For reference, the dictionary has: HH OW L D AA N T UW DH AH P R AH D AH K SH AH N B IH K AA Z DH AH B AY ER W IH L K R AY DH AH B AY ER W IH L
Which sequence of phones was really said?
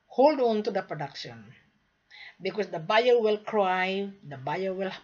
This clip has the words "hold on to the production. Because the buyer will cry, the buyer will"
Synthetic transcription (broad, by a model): HH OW L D AA N T UW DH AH P R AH D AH K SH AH N B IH K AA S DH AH B AY ER W IH L K R AY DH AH B AY ER W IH L